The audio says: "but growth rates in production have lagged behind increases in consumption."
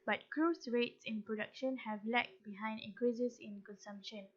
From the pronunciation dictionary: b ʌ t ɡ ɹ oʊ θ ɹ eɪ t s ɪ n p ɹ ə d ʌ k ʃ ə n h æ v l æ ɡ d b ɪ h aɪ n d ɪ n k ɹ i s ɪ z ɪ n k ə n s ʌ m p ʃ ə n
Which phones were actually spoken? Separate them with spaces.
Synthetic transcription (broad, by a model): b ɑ t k ɹ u s ɹ eɪ t s ɪ n p ɹ ə d ʌ k ʃ ə n h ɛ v l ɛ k b ɪ h aɪ n d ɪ k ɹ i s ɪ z ɪ n k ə n s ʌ m p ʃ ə n